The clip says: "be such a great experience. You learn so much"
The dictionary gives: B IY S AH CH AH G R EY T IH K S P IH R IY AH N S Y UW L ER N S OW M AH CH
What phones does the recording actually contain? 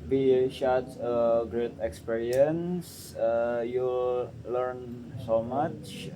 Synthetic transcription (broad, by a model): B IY SH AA S AH G R EY T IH K S P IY R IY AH N S Y UW L ER N S OW M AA CH